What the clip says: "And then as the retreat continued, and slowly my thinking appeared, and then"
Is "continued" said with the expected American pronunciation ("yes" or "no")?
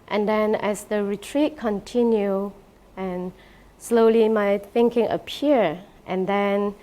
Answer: no